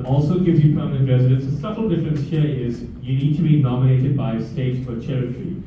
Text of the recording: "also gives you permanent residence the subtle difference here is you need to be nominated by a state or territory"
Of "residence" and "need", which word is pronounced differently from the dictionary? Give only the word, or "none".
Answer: none